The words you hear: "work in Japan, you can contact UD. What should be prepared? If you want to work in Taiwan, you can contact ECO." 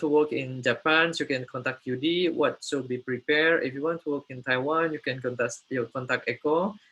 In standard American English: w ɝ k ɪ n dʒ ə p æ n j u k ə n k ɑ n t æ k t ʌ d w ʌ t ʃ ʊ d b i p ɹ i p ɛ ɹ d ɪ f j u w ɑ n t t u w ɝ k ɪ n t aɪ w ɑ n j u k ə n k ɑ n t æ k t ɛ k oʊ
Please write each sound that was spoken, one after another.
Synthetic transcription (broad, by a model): w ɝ k ɪ n dʒ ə p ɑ n j u k ə n k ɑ n t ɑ k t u d w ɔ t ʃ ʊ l b i p ɹ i p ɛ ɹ ɪ f j u w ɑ n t t u w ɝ k ɪ n t aɪ w ɑ n j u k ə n k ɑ n t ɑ k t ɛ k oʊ